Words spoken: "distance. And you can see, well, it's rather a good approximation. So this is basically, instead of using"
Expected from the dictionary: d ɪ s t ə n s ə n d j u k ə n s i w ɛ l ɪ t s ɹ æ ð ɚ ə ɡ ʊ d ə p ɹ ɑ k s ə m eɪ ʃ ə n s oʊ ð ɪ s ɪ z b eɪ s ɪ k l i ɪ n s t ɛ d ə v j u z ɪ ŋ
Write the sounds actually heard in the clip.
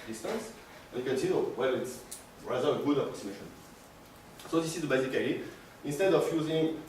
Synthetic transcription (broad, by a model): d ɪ s t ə n s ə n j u k ə n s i w ɛ l ɪ t s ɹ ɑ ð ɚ ə ɡ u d ə p ɹ ɑ k s ə m eɪ ʃ ə n s oʊ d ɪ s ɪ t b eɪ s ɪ k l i ɪ n s t ɛ d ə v j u z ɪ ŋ